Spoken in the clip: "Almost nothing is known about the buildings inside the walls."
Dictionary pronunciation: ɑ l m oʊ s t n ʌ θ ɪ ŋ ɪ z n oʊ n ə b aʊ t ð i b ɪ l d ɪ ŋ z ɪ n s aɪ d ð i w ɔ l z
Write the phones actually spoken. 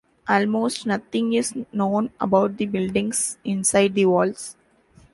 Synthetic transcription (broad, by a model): ɑ l m oʊ s t n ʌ t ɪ ŋ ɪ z n oʊ n ə b aʊ t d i b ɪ l d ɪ ŋ s ɪ n s aɪ d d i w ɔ l s